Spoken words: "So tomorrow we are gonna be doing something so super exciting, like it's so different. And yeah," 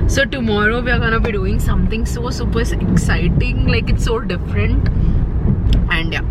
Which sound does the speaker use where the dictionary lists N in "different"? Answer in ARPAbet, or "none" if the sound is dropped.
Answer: N